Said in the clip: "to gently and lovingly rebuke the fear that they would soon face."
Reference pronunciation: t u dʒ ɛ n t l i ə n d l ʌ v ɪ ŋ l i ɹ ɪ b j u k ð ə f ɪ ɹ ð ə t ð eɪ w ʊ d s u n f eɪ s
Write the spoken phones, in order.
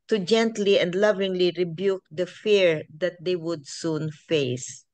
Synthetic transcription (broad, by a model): t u dʒ ɛ n t l i ə n d l ʌ v ɪ ŋ l i ɹ ɪ b j u k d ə f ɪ ɹ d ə t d eɪ w ʊ d s u n f eɪ s